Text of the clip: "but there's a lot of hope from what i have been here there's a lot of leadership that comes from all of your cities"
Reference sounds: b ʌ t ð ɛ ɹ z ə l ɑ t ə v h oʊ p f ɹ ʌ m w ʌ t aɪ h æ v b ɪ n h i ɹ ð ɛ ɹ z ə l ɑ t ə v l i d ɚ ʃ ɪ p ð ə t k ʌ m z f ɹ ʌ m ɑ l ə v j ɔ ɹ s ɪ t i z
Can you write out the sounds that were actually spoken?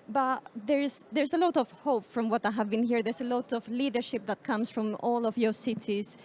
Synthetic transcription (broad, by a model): b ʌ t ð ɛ ɹ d ə l ɑ t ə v h oʊ p f ɹ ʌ m w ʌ t aɪ h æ v b ɪ n h i ɹ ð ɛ ɹ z ə l ɑ t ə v l i d ɚ ʃ ɪ p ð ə t k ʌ m s f ɹ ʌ m ɑ l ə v j ɔ ɹ s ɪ t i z